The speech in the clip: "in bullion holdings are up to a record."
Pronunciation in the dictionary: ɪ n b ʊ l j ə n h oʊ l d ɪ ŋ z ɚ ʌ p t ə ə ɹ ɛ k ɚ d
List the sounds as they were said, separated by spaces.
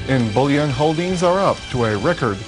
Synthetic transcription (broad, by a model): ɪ n b ʊ l j ə n h oʊ l d ɪ ŋ z ɚ ʌ p t ə ə ɹ ɛ k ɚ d